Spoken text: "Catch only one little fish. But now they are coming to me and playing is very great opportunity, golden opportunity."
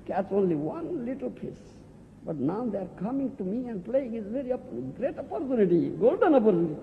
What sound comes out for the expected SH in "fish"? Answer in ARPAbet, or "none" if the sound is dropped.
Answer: S